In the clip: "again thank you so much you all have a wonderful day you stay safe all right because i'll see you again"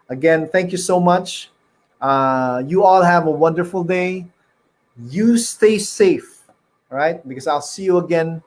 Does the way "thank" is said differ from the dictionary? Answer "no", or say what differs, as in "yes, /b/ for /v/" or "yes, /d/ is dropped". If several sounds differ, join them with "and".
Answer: no